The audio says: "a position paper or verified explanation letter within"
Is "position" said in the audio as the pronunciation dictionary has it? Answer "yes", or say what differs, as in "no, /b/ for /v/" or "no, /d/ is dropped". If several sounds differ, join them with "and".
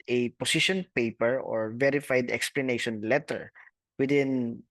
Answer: no, /s/ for /z/